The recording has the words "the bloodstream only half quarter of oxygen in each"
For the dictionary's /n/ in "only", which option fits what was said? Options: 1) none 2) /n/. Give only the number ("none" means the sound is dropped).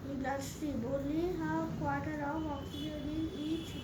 1